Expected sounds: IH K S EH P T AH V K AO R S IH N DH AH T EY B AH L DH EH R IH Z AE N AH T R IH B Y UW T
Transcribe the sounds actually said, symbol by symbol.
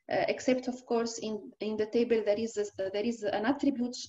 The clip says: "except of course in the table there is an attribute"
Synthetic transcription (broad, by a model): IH K S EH P T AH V K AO R S IH N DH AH T EY B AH L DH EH R IH Z AE N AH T R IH B Y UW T